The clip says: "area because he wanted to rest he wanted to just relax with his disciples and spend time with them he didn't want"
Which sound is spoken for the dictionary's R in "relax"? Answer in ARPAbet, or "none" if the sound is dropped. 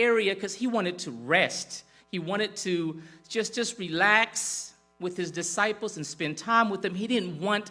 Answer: R